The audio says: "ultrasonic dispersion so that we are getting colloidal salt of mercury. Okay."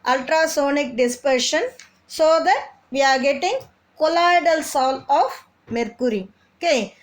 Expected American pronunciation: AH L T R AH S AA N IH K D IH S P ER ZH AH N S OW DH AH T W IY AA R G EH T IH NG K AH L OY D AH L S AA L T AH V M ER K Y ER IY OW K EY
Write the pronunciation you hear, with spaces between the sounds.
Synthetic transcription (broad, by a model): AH L T R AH S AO N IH K D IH S P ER SH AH N S OW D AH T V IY AA R G EH T IH NG K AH L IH D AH L S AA L AH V M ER K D IY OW K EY